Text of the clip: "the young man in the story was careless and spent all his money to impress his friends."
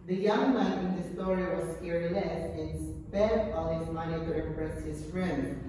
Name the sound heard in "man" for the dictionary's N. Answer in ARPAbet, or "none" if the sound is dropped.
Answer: none